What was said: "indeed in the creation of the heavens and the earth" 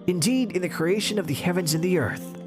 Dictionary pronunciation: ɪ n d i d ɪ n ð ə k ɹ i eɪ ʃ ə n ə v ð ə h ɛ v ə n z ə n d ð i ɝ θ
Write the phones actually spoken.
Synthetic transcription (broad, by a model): ɪ n d i d ɪ n ð ə k ɹ i eɪ ʃ ə n ə v ð ə h ɛ v ə n z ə n ð i ɝ θ